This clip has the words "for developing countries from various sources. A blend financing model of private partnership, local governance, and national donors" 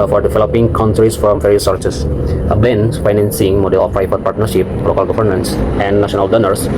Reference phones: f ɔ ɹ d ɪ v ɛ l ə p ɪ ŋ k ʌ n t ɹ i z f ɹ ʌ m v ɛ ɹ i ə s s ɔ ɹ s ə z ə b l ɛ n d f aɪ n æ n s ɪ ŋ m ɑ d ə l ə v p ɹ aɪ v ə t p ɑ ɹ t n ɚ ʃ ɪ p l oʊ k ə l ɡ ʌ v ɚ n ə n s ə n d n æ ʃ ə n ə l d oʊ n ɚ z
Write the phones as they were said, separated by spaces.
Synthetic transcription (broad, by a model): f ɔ ɹ d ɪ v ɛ l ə p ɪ ŋ k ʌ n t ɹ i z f ɹ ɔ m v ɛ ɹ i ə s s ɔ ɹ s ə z ə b ɛ n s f aɪ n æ n s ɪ ŋ m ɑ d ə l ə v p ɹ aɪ p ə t p ɑ ɹ t n ɚ ʃ ɪ p l oʊ k ə l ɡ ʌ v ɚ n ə n s ə n d n æ ʃ ə n ə l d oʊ n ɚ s